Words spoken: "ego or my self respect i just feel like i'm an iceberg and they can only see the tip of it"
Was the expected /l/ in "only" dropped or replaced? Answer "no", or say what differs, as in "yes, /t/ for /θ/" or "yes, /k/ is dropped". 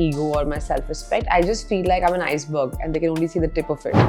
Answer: no